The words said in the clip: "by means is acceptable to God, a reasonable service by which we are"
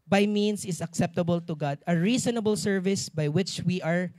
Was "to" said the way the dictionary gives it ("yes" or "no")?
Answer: yes